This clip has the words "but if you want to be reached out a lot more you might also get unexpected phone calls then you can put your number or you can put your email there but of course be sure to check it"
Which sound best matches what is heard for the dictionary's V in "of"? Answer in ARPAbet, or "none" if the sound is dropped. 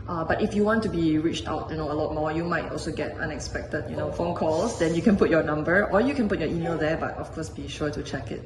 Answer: F